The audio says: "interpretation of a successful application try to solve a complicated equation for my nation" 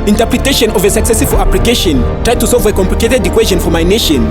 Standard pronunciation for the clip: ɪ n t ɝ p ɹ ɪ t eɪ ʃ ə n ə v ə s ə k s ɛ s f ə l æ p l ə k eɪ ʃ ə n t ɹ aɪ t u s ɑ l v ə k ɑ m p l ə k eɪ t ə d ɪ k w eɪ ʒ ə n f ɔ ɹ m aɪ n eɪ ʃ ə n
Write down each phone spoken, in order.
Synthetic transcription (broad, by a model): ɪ n t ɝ p ɹ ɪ t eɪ ʃ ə n ə v ə s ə k s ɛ s ə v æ p l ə k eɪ ʃ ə n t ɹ aɪ t u s ɑ l v ə k ɑ m p l ə k eɪ t ə d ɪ k w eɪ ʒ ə n f ɔ ɹ m aɪ n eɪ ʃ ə n